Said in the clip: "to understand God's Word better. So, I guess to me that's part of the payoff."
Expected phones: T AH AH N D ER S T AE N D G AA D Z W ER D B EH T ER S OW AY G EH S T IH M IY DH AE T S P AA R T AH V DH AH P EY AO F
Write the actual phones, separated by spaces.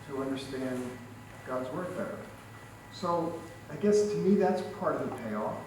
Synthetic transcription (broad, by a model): T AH AH N D ER S T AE N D G AA D Z W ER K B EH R S OW AY G EH S T IH M IY DH AE T S P AA R T AH V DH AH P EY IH